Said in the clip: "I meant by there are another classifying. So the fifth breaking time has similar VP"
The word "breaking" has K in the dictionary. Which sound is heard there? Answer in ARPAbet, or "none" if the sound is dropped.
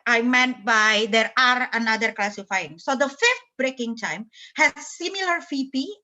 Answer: K